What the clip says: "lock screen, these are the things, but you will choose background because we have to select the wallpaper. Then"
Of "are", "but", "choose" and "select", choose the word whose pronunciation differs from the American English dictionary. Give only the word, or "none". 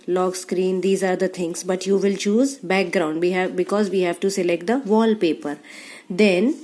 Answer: none